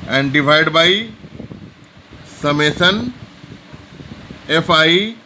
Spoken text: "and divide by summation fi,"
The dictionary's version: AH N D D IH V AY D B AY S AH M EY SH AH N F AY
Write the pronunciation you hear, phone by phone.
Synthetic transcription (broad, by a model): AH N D D IH V AY D B AY S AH M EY S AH N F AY